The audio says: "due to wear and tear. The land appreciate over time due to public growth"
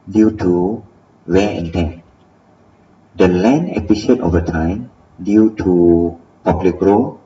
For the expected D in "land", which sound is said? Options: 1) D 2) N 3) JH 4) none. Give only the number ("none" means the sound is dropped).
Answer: 4